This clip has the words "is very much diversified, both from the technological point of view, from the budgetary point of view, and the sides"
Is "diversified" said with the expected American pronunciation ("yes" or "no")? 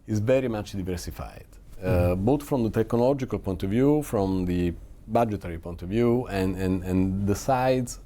yes